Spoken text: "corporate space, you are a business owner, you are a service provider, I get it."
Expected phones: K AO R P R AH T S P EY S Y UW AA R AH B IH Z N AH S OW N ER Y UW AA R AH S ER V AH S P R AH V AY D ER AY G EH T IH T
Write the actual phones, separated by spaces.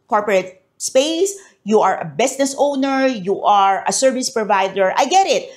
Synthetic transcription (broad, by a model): K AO R P R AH T S P EY S Y UW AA R AH B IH S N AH S OW N ER Y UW AA R AH S ER V AH S P R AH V AY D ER AY G EH T IH T